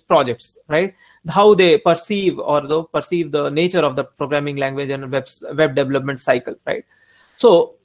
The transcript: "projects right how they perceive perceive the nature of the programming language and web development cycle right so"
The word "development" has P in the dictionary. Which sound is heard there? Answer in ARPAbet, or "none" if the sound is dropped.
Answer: P